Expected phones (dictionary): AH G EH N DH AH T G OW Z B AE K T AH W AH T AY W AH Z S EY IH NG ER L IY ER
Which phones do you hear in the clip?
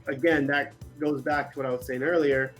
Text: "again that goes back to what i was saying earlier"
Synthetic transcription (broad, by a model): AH G EH N DH AH T G OW Z B AE K T AH W AH T AY W AH Z S EY IH NG ER L IY ER